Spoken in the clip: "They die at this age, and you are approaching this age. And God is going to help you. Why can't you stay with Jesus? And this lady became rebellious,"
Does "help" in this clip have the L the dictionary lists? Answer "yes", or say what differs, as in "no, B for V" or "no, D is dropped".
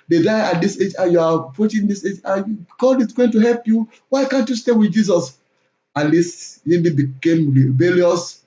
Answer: yes